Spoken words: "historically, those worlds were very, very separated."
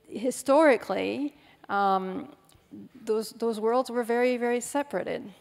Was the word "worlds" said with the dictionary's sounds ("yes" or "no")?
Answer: yes